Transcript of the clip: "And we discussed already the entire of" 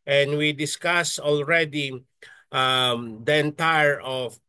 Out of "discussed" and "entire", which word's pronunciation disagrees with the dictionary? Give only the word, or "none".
discussed